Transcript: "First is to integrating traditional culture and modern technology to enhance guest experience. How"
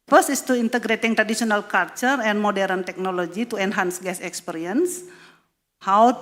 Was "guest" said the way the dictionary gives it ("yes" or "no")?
no